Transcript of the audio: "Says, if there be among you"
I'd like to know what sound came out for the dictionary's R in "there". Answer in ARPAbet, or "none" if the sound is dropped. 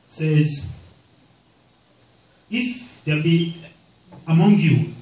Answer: L